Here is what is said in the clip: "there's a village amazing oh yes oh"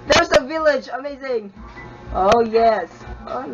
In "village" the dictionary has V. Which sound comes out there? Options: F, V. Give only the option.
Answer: V